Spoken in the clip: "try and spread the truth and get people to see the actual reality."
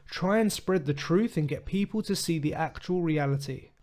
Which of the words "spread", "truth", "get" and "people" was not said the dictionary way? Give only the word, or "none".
none